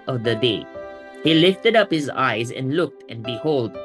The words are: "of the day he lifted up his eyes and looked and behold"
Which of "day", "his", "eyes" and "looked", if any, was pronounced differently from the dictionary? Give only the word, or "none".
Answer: none